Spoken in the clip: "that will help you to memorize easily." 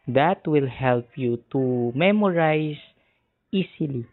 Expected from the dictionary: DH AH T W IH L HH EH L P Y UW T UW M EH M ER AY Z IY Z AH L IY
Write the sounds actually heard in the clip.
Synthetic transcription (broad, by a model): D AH T W IH L HH EH L P Y UW T UW M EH M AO AY S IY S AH L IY